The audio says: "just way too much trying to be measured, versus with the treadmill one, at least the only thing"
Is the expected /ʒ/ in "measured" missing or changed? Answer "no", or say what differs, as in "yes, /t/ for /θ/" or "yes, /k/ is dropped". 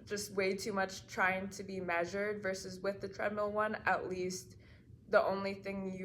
no